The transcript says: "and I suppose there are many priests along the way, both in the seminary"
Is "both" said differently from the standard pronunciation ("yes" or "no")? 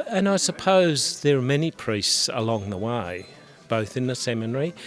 no